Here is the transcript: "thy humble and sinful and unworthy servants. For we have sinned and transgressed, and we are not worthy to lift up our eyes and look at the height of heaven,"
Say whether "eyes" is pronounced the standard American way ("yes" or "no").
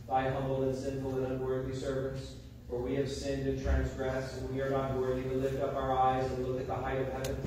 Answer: yes